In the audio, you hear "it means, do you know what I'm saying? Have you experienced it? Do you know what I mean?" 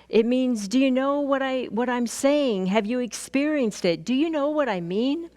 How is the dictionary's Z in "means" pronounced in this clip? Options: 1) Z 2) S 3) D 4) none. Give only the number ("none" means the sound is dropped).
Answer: 1